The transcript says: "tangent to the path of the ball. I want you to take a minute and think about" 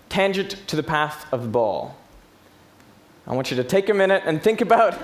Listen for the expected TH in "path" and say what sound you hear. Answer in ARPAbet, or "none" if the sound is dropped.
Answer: TH